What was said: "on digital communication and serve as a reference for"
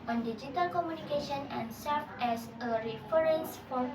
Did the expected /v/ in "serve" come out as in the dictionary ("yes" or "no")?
no